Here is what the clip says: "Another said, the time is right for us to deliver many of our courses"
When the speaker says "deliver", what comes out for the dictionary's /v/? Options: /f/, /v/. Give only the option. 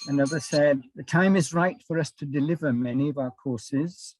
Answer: /v/